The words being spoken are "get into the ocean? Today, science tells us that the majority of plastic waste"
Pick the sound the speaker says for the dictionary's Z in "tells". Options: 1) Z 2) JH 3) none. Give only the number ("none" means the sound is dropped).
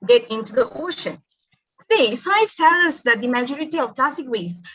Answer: 3